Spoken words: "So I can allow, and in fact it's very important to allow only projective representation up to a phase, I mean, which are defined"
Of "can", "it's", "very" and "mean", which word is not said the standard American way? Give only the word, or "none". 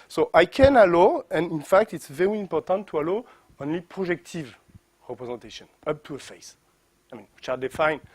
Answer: none